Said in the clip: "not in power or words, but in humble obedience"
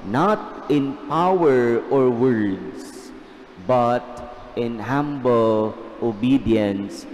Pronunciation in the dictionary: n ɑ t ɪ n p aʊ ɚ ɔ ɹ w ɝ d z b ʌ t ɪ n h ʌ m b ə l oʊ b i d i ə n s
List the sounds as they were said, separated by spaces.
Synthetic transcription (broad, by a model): n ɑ t ɪ n p aʊ ɚ ɔ ɹ w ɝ d s b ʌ t ɪ n h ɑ m b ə l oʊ b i d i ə n s